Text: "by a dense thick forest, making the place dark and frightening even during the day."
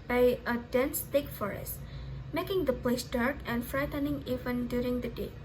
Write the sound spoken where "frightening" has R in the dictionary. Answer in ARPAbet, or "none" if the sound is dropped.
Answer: R